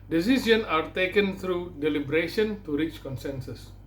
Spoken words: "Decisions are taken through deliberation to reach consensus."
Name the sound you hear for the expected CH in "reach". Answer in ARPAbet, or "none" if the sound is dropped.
CH